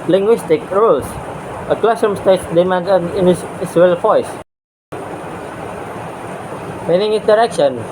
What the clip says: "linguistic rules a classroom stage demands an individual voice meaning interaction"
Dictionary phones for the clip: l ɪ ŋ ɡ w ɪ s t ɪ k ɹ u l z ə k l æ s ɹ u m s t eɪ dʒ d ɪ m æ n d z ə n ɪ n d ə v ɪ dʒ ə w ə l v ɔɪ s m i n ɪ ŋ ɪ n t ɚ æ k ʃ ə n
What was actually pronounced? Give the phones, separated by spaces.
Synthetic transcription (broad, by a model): l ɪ ŋ ɡ w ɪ s t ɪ k ɹ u l s ə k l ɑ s u m s t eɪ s d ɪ m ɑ n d ə n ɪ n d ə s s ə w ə l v ɔɪ s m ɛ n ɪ ŋ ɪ n t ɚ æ k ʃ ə n